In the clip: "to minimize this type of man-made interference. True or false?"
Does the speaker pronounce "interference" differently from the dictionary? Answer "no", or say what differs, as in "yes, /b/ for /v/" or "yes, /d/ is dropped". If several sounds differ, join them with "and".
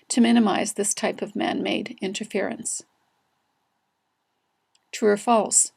no